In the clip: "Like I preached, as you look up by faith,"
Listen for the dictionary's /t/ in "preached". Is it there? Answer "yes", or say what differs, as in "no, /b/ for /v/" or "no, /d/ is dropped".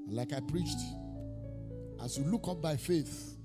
yes